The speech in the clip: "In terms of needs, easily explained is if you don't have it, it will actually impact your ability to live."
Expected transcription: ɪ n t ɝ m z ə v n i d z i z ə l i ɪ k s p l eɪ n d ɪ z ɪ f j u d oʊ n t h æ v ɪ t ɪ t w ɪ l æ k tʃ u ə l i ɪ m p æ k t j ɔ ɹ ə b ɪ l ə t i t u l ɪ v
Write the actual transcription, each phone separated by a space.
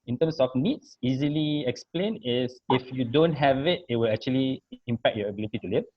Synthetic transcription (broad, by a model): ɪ n t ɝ m s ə f n i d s i z ə l i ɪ k s p l eɪ n ɪ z ɪ f j u d oʊ n t h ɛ v ɪ t ɪ t w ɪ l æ k tʃ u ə l i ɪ m p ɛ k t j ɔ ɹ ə b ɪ l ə t i t u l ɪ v